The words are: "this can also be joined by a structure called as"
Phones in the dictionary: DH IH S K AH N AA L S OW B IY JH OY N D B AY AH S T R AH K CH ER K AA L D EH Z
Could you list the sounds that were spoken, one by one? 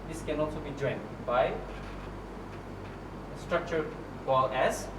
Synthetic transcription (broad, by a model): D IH S K AH N AA L S OW B IY JH OY N D B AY AH S T R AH K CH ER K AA L EH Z